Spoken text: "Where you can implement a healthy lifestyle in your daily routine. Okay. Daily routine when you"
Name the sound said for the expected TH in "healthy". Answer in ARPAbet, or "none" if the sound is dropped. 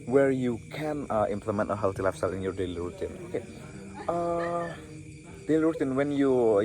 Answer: T